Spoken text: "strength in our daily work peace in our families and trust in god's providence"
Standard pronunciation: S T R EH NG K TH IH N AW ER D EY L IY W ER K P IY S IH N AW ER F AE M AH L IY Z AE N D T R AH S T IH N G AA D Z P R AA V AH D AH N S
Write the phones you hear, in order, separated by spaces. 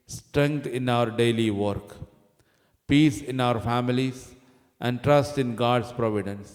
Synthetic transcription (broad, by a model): S T R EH NG K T IH N AW ER D EY L IY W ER K P IY S IH N AW ER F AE M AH L IY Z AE N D T R AH S T IH N G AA D S P R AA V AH D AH N S